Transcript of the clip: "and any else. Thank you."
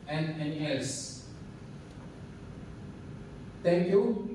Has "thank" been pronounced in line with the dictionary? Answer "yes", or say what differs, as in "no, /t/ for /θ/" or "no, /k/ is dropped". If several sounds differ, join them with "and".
no, /t/ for /θ/